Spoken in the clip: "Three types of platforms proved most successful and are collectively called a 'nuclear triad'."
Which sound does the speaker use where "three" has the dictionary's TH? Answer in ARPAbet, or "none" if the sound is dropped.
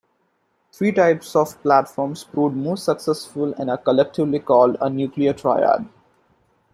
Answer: T